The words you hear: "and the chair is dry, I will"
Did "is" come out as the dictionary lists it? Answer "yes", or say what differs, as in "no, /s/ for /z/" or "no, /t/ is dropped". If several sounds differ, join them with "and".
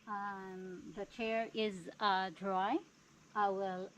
yes